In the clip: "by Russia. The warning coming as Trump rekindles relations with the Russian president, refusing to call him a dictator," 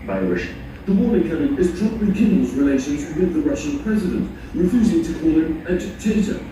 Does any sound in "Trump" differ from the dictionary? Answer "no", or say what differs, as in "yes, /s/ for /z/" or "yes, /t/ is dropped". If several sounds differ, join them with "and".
yes, /m/ is dropped